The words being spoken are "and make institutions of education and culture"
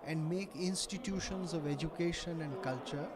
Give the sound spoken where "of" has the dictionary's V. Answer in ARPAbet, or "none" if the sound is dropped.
V